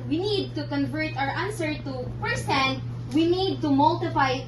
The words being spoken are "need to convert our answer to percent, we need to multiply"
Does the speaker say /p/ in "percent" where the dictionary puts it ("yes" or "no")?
no